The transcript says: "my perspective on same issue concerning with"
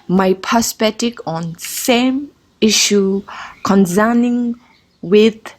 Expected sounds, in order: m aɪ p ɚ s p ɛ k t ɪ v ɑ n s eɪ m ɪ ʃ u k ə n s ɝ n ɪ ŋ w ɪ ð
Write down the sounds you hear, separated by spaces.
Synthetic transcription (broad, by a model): m aɪ p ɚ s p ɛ t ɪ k ɑ n s eɪ m ɪ ʃ u k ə n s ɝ n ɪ ŋ w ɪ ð